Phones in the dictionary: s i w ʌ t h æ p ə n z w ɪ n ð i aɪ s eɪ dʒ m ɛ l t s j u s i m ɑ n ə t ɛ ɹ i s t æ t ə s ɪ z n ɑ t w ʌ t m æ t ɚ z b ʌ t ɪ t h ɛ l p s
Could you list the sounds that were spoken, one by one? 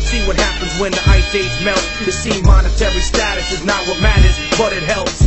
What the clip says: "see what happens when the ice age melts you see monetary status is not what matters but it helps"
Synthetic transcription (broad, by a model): s i w ʌ t h æ p ə n z w ɪ n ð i aɪ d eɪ z m ɛ l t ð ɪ s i m ɑ n ə t ɛ ɹ i s t æ t ə s ɪ z n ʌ t w ʌ t m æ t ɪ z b ʌ t ɪ t h ɛ l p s